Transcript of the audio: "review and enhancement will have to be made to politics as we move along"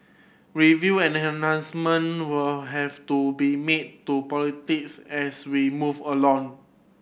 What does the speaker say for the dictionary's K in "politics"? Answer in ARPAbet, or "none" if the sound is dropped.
K